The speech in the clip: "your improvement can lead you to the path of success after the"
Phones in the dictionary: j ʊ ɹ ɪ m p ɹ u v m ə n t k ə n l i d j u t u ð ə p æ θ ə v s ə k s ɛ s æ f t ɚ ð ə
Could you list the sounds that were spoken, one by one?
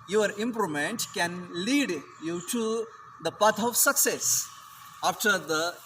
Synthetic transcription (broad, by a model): j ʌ ɹ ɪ m p ɹ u m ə n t k ə n l i d j u t u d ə p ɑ t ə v s ə k s ɛ s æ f t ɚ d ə